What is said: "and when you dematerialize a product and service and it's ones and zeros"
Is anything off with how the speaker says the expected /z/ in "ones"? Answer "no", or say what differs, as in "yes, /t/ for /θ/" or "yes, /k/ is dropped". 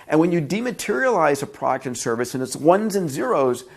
no